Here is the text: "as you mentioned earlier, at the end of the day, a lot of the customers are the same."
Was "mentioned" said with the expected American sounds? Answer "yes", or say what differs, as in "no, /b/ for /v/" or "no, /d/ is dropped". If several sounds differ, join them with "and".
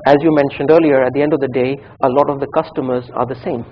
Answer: yes